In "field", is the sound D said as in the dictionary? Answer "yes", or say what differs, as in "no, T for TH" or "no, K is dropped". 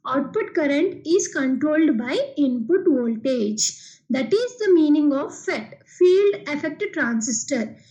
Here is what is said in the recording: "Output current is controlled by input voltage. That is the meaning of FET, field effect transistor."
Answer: yes